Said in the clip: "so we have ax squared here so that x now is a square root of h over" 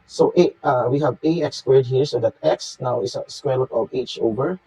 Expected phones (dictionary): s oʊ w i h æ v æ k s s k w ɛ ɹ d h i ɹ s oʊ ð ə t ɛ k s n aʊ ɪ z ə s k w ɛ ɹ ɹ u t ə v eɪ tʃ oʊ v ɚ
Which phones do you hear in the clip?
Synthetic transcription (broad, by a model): s oʊ w i h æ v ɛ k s s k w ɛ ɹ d h i ɹ s oʊ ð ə t ɛ k s n aʊ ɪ s ə s k w ɛ ɹ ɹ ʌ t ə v eɪ tʃ oʊ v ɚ